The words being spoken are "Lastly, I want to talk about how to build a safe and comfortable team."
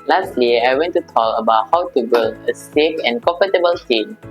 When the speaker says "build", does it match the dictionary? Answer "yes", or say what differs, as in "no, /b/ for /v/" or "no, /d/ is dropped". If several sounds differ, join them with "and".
no, /d/ is dropped